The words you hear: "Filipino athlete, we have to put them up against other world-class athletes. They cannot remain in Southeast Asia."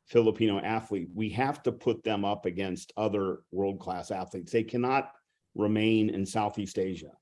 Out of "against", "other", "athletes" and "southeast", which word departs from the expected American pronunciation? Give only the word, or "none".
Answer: none